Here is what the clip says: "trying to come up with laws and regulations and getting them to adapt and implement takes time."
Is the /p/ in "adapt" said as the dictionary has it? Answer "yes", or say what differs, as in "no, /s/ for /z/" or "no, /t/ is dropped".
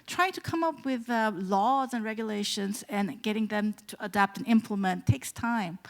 yes